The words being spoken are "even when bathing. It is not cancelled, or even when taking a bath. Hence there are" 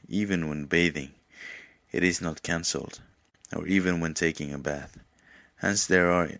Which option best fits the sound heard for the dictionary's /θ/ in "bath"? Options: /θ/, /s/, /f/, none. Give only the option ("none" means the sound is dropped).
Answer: /θ/